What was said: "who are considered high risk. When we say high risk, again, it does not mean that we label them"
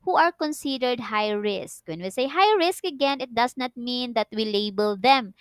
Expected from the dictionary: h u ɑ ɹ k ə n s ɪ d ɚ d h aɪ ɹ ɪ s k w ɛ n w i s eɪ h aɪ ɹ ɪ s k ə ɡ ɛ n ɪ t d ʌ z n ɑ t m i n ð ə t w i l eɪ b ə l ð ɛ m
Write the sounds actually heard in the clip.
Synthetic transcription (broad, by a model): h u ɑ ɹ k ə n s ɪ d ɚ d h aɪ ɹ ɪ s k w ɛ n w i s eɪ h aɪ ɹ ɪ s k ə ɡ ɛ n ɪ t d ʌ s n ɑ t m i n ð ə t w i l eɪ b ə l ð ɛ m